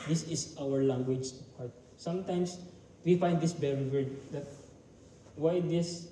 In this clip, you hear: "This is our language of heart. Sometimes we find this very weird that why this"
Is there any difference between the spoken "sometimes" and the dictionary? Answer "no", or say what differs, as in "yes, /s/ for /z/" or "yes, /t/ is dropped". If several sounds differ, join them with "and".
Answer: yes, /s/ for /z/